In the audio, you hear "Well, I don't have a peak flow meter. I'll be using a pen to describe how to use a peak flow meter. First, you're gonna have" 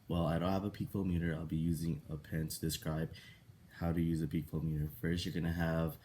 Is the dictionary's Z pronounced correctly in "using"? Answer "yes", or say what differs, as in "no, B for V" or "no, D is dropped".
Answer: yes